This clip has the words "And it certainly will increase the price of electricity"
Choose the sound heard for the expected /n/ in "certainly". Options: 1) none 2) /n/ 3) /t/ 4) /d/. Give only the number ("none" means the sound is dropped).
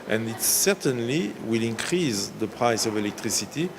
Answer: 2